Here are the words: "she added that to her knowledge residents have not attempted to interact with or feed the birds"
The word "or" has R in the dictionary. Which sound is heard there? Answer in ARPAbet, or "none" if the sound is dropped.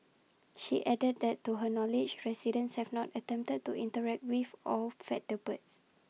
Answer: L